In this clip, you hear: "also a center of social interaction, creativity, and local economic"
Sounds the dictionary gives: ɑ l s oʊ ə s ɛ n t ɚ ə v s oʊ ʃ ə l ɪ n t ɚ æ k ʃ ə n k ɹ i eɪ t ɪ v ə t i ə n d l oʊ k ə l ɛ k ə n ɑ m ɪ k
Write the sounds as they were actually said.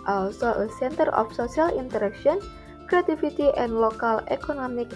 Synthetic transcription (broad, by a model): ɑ l s oʊ ə s ɛ n t ɚ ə f s oʊ s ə l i n t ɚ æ k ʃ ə n k ɹ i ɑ t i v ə t i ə n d l oʊ k ə l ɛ k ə n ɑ m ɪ k